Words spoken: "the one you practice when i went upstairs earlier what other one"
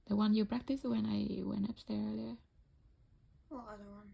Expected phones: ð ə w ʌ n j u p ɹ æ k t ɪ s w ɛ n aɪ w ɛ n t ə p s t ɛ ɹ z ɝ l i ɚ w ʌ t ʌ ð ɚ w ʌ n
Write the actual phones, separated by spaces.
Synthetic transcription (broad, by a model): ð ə w ʌ n j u p ɹ æ k t ɪ s w ɛ n aɪ w ɛ n t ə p s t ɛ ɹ ɝ l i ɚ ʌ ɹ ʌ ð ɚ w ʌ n